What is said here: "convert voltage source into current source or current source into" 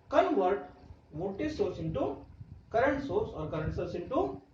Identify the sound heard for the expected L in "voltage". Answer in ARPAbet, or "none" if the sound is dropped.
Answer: none